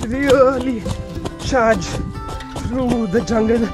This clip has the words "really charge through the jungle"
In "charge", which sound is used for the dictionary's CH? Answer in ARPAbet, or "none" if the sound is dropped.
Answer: SH